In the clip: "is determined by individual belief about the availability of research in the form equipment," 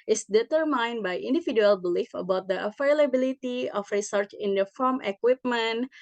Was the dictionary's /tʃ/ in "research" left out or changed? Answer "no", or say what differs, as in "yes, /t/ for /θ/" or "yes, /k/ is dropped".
no